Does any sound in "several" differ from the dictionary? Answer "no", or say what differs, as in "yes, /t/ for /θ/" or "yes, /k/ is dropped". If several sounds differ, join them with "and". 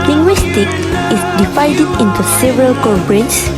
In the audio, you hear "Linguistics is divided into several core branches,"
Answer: no